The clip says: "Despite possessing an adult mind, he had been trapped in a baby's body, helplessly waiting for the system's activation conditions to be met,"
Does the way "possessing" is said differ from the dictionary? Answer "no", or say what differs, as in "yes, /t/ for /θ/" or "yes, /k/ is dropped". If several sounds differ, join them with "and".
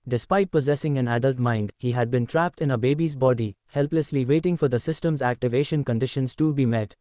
no